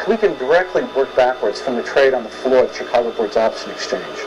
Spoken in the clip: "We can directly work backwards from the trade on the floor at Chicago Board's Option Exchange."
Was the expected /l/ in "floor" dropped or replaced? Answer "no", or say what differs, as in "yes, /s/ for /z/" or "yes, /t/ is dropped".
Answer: no